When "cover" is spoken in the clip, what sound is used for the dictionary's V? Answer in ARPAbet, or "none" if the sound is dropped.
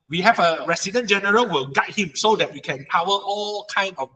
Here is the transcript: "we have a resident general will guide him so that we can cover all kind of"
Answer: W